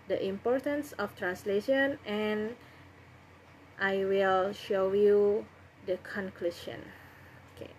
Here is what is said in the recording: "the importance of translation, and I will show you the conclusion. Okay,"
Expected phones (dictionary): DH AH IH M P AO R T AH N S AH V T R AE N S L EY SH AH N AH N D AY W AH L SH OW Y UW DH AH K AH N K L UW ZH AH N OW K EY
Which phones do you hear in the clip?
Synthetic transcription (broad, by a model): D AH IH M P AO R T AH N S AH F T R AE N S L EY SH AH N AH N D AY W AH L SH OW Y UW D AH K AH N K L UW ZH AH N OW K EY